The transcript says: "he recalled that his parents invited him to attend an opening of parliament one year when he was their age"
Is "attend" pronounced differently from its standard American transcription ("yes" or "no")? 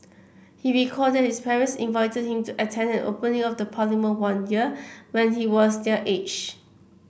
no